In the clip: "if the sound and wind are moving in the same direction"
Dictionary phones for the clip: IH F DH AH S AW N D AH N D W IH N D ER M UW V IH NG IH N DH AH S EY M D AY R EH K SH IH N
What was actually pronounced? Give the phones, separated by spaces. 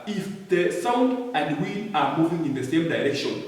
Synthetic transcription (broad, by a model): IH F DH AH S AW N D AH N D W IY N AA M UW V IH NG IH N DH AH S EY M D AY R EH K SH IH N